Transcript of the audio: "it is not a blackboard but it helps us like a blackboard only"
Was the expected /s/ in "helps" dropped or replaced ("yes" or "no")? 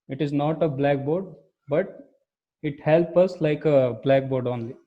yes